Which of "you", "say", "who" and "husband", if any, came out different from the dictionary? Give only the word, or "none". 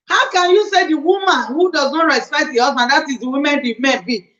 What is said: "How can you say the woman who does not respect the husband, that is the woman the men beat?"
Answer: husband